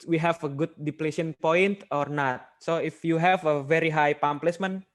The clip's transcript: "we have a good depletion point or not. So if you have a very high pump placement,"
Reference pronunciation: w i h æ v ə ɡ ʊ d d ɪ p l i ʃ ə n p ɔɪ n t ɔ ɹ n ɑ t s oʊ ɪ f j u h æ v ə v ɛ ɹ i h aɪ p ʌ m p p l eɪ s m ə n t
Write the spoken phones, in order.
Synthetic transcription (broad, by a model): w i h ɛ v ə ɡ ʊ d d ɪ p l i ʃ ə n p ɔɪ n t ɔ ɹ n ɑ t s oʊ ɪ f j u h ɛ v ə v ɛ ɹ i h aɪ p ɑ m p p l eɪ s m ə n